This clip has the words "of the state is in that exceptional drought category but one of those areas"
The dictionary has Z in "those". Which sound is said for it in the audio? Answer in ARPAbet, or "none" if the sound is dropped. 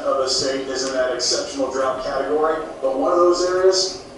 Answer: Z